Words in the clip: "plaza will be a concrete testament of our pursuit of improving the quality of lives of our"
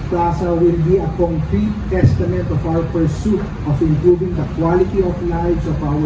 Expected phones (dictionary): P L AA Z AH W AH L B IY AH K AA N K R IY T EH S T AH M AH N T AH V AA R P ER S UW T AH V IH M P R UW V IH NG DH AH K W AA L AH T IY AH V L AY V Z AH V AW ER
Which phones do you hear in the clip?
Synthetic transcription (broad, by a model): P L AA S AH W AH L B IY AH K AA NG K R IY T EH S T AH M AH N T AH F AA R P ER S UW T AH F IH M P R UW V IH NG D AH K W AA L AH T IY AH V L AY Z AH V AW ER